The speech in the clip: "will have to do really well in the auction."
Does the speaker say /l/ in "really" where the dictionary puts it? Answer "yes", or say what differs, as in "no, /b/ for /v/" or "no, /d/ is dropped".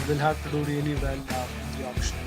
no, /n/ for /l/